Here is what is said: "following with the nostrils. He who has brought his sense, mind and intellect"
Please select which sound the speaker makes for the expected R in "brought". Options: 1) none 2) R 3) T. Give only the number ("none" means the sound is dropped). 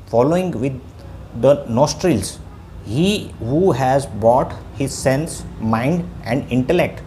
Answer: 1